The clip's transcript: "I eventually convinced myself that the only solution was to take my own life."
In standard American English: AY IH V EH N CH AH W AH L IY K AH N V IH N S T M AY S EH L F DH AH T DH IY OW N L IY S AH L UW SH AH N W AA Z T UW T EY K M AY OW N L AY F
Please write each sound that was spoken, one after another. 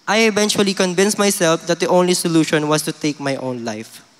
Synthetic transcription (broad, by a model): AY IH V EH N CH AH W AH L IY K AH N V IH N S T M AY S EH L F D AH T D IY OW N L IY S AH L UW SH AH N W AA S T UW T EY K M AY OW N L AY F